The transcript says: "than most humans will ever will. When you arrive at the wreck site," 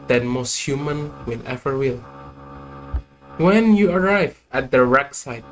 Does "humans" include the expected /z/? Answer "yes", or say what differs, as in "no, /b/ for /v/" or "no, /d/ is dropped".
no, /z/ is dropped